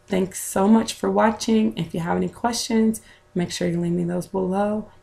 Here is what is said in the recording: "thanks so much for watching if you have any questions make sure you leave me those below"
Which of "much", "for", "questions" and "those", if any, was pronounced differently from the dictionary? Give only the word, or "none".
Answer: none